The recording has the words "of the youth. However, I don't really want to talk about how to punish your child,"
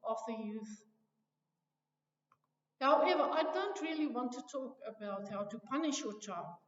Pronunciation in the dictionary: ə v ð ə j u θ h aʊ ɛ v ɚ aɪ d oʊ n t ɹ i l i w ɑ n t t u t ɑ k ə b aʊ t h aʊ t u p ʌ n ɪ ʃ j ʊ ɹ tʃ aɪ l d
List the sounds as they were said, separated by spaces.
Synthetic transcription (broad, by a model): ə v ð ə j u θ h aʊ ɛ v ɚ aɪ d oʊ n t ɹ i l i w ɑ n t t u t ɑ k ə b aʊ t h aʊ t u p ʌ n ɪ ʃ j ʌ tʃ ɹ aɪ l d